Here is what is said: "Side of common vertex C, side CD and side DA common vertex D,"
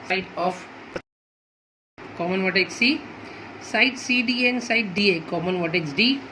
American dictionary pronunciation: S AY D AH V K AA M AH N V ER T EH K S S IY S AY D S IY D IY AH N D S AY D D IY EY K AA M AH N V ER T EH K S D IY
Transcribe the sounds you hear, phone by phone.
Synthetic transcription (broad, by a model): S AY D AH P K AA M AH N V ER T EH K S S IY S AY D S IY D IY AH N S AY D D IY EY K AA M AH N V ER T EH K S D IY